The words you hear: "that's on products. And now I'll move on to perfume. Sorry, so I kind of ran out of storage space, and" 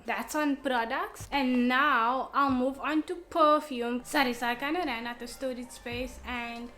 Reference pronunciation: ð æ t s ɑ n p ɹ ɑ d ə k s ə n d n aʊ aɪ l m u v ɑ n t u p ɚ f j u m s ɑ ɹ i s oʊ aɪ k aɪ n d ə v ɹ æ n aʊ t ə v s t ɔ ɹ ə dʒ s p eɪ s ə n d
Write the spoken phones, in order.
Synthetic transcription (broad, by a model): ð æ t s ɑ n p ɹ ɑ d ə k s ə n n aʊ aɪ l m u v ɑ n t u p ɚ f j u m s ɑ ɹ i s aɪ k aɪ n d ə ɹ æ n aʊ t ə s t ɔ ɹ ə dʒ s p eɪ s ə n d